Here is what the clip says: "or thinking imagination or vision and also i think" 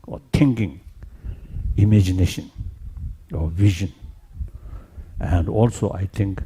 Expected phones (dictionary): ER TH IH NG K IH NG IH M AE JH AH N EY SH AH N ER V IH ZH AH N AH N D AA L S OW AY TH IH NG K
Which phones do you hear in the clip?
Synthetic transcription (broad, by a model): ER T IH NG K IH NG IH M AE JH AH N EY SH AH N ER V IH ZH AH N AH N D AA L S OW AY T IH NG K